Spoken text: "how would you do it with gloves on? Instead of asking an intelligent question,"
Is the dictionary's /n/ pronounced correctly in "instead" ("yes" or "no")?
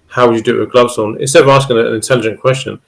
no